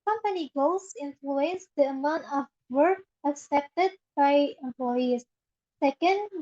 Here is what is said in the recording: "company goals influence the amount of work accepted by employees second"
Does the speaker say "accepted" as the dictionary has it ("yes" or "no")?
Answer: yes